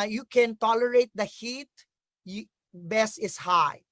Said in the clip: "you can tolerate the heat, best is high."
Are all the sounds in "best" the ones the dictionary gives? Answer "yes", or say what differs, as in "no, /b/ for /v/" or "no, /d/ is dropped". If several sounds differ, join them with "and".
no, /t/ is dropped